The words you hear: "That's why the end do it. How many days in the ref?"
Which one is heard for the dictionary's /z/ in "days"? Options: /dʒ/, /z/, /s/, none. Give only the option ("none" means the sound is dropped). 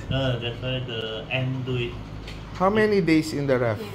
/s/